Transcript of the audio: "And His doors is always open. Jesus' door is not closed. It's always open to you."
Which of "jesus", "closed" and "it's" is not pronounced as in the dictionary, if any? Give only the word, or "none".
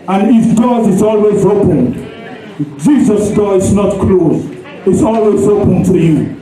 closed